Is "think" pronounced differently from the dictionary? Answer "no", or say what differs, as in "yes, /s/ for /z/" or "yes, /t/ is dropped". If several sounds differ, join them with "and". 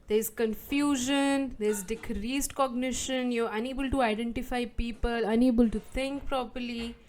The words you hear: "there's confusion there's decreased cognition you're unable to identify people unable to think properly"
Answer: yes, /t/ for /θ/